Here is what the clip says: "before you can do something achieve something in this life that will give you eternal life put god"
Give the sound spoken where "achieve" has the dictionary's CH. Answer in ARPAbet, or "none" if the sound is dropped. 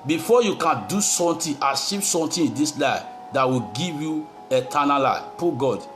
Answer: SH